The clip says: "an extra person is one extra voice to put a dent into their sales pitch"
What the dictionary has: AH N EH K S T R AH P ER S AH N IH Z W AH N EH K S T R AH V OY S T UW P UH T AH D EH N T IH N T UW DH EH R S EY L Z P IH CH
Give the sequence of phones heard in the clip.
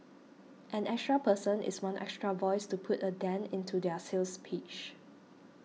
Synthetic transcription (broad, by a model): AH N EH K S T R AH P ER S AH N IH S W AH N EH K S T R AH V OY S T UW P UH T AH D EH N IH N T UW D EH S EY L S P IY CH